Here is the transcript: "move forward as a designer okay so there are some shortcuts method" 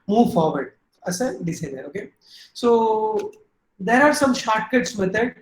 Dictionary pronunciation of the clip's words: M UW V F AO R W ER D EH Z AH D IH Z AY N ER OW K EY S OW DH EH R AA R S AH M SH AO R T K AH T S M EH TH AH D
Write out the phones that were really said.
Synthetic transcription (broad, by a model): M UW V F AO R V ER D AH S AH D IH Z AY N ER OW K EY S OW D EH R AA R S AH M SH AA R T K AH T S M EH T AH D